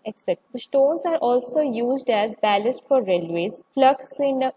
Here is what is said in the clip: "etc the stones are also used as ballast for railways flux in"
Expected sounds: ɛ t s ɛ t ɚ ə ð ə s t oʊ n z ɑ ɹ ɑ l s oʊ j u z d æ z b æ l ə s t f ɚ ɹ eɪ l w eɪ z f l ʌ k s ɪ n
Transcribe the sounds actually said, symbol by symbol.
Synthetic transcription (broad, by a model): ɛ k s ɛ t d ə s t oʊ n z ɑ ɹ ɑ l s oʊ j u z d æ z b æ l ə s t f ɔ ɹ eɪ l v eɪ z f l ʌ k s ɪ n